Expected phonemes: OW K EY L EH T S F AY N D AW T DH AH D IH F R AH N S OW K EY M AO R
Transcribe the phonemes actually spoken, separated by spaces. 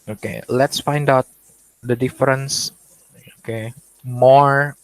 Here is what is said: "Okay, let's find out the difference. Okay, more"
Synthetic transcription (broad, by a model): OW K EY L EH T S F AY N D AW T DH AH D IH F R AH N S OW K EY M AO R